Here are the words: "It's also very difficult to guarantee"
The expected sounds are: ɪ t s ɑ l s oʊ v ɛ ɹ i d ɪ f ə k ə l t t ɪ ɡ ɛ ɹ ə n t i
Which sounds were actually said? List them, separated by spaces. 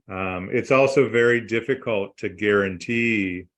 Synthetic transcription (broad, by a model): ɪ t s ɑ l s oʊ v ɛ ɹ i d ɪ f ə k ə l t t ɪ ɡ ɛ ɹ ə n t i